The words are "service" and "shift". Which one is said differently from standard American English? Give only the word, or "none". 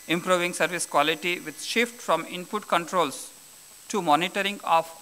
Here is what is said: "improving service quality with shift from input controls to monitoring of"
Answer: none